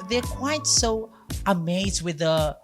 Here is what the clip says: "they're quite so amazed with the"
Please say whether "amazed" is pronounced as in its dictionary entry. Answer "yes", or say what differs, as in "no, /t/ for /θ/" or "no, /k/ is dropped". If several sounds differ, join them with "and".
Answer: yes